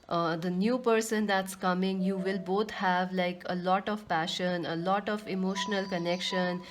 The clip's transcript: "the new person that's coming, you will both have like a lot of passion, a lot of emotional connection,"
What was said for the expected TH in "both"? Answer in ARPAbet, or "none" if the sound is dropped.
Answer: T